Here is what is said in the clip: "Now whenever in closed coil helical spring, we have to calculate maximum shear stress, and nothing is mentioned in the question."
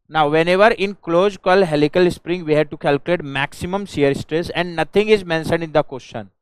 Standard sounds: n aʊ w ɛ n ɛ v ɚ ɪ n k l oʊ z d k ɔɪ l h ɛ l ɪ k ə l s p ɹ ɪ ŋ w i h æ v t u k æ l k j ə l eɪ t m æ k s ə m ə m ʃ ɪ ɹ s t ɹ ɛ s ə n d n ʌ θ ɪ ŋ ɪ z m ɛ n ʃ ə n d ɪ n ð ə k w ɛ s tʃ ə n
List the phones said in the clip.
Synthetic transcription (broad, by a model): n aʊ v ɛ n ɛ v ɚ ɪ n k l oʊ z k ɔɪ l h ɛ l ɪ k ə l s p ɹ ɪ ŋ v i h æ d t u k æ l k j ə l eɪ t m æ k s ə m ə m s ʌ ɹ s t ɹ ɛ s ə n d n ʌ t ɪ ŋ ɪ z m ɛ n ʃ ə n d ɪ n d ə k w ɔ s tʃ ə n